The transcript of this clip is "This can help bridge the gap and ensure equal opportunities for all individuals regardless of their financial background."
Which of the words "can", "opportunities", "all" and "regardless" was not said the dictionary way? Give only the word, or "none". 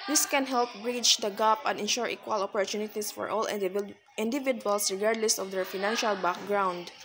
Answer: opportunities